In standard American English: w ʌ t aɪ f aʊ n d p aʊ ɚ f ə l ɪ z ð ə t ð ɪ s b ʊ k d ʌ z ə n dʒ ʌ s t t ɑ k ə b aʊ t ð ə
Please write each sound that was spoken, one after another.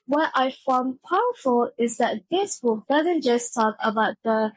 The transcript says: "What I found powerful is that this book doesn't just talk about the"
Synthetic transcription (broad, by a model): w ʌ t aɪ f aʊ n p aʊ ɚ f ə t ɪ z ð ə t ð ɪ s b ʊ k d ʌ z ə n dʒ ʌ s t t ɑ k ə b aʊ t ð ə